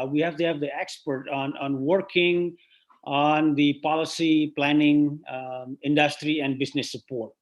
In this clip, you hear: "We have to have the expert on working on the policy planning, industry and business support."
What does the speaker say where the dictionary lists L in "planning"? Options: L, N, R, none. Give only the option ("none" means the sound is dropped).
L